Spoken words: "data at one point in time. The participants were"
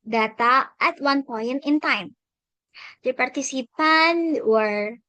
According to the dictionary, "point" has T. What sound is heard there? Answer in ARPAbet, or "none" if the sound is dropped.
none